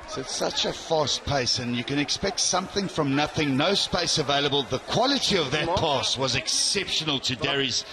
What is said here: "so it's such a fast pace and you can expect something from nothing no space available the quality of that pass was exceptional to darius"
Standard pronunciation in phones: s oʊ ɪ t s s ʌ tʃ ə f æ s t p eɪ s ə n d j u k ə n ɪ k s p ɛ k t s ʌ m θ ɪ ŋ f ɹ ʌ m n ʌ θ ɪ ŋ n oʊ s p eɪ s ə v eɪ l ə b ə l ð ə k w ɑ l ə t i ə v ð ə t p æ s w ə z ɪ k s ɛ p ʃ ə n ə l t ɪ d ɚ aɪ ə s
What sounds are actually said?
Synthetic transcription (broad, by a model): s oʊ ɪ t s s ʌ tʃ ə f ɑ s t p eɪ s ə n j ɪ k ə n ɪ k s p ɛ k t s ʌ m θ ɪ ŋ f ɹ ʌ m n ʌ θ ɪ ŋ n oʊ s p eɪ s ə v eɪ l ə b ə l ð ə k w ɑ l ə t i ə v ð ə t p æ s w ə z ɪ k s ɛ p ʃ ə n ə l t ɪ d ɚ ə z